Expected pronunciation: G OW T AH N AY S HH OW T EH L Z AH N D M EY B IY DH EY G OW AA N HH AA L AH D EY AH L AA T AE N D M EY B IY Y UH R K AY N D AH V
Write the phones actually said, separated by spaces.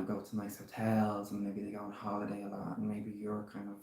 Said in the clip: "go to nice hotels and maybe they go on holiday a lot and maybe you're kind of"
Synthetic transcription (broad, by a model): G OW T AH N AY S HH OW T EH L Z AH N M EY B IY DH EY G OW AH N HH AA L AH D EY AH L AA T N M EY B IY Y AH R K AY N D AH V